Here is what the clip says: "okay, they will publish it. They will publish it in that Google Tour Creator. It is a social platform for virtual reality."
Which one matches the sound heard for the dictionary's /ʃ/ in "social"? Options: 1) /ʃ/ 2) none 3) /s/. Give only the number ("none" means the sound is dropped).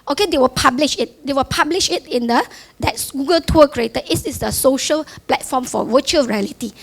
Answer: 1